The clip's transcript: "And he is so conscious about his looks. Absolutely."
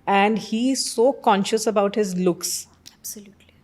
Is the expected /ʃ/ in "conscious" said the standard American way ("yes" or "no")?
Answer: yes